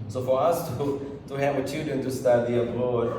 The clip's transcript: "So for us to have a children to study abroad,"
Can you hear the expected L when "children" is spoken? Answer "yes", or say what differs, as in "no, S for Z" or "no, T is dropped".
no, L is dropped